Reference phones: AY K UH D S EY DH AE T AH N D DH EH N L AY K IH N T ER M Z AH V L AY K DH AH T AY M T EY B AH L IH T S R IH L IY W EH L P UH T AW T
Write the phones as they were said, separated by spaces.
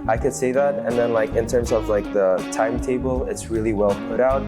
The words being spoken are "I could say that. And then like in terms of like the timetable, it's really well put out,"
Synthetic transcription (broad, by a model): AY K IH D S EY DH AE T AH N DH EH N L AY K IH N T ER M Z AH V L AY K DH AH T AY M T EY B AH L IH T S R IH L IY W EH L P UH T AW T